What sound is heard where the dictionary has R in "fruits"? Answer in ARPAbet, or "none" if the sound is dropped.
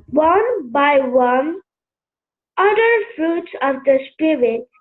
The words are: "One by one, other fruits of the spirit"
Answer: R